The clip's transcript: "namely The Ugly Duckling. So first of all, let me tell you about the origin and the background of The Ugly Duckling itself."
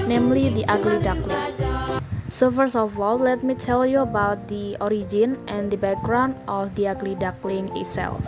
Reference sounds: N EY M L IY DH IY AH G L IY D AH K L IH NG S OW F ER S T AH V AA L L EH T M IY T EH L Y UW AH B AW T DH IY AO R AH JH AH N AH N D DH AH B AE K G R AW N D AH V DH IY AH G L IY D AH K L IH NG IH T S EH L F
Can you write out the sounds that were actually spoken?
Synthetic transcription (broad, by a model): N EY M L IY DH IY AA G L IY D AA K L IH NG S OW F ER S AH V AA L L EH T M IY T EH L Y UW AH B AW T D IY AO R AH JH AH N AH N D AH B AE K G R AW N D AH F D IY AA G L IY D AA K L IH NG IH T S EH L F